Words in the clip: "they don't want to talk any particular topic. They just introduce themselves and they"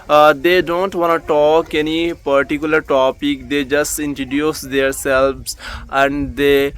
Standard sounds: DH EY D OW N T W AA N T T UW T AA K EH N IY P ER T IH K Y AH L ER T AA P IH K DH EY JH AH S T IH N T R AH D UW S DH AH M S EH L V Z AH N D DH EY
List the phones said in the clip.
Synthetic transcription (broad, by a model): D EY D OW N T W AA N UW T AA K EH N IY P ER T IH K Y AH L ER T AA P IH K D EY JH AH S T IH N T AH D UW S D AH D S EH L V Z AH N D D EY